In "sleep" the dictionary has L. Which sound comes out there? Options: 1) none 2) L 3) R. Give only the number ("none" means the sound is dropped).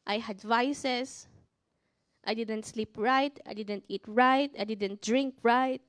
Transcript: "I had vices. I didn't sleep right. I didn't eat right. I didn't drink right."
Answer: 2